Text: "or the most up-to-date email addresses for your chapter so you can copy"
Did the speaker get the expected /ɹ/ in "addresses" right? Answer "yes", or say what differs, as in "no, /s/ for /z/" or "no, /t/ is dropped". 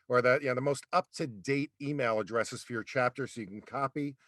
yes